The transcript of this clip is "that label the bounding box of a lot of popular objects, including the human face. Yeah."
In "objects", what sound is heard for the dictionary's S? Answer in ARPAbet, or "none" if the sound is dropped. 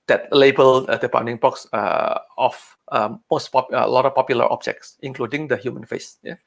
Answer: S